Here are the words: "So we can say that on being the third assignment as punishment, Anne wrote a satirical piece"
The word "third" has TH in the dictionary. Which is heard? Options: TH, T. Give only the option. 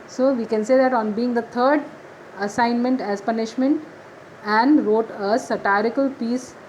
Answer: T